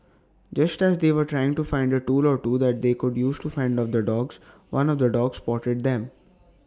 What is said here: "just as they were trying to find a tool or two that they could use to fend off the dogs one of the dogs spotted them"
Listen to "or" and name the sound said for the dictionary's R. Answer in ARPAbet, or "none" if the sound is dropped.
R